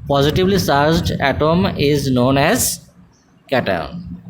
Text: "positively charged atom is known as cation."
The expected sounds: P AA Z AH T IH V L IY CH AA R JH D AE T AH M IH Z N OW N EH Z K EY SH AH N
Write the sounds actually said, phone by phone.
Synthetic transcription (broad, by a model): P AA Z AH T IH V L IY S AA R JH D AE T AH M IH Z N OW N EH Z K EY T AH N